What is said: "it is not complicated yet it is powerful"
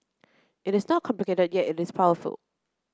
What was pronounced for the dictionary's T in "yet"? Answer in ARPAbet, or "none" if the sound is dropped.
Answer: T